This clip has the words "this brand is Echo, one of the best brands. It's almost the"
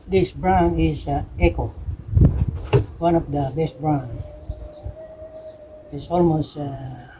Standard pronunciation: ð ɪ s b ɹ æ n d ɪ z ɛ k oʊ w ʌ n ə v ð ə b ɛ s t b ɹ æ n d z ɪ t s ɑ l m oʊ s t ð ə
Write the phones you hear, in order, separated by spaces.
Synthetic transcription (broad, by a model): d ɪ s b ɹ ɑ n ɪ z ɛ k oʊ w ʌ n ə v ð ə b ɛ s t b ɹ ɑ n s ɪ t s ɑ l m oʊ s t